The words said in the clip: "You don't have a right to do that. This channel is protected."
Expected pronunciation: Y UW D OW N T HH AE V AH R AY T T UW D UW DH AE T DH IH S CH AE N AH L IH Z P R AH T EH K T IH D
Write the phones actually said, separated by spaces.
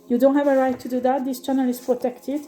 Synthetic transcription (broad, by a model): Y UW D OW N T HH AE V AH R AY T T UW D UW DH AE T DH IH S CH AE N AH L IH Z P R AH T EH K T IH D